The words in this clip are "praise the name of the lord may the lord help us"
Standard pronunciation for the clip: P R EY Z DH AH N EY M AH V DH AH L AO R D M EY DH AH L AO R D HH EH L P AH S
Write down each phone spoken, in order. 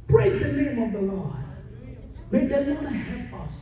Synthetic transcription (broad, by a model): P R EY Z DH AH N EY M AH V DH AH L AO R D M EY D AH N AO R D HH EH P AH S